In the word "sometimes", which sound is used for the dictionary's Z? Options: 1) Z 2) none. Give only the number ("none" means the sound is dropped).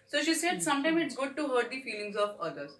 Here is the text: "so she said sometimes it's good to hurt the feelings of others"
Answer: 2